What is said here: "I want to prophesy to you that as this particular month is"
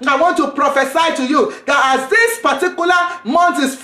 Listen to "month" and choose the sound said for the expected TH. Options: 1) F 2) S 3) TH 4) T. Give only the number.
4